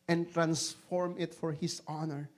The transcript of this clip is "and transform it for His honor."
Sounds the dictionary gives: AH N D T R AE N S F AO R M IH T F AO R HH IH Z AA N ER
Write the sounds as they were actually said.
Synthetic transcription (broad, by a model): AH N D T R AE N S F AO R M IH T F AO R HH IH S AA N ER